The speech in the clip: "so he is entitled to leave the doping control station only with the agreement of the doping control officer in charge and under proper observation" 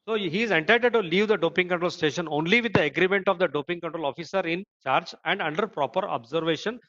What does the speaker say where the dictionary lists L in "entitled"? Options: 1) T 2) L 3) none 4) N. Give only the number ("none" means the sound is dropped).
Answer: 3